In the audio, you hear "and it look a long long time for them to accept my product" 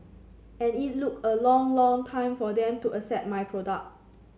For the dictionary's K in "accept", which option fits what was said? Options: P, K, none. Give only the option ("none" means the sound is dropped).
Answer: none